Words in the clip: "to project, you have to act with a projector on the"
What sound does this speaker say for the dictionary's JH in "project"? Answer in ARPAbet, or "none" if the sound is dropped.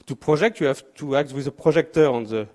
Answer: ZH